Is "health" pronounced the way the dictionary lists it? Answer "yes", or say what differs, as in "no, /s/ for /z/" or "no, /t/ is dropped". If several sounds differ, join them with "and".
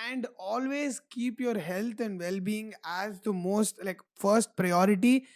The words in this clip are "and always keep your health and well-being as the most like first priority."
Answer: no, /t/ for /θ/